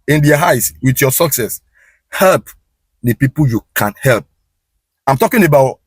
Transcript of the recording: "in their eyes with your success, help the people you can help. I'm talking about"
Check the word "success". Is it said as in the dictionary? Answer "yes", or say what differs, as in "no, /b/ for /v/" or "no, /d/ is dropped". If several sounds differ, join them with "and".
yes